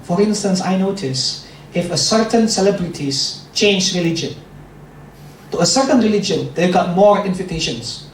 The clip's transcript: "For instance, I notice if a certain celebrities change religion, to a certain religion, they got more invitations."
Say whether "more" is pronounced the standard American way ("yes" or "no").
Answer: yes